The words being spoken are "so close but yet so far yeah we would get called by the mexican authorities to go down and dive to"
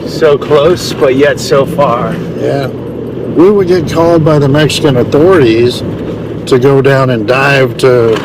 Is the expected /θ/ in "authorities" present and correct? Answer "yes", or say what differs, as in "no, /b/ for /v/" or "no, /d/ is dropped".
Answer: yes